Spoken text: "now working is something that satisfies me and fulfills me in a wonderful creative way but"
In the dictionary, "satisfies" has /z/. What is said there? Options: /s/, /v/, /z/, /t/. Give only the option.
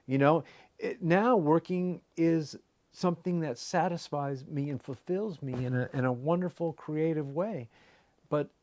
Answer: /z/